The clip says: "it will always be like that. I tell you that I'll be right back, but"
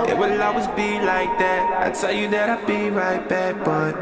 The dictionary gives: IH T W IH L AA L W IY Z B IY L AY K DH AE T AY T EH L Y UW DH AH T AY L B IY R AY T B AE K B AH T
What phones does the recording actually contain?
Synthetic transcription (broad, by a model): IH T W IH L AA W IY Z B IY L AY K DH AE T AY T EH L Y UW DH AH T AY B IY R AY T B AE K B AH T